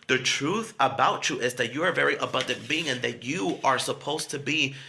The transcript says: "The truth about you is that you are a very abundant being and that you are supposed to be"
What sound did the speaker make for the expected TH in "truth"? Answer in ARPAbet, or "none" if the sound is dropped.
TH